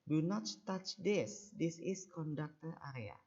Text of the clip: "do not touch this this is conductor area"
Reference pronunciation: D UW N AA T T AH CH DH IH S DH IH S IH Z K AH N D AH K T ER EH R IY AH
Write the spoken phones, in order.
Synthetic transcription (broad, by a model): D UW N AA T T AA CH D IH S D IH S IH S K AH N D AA K T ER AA R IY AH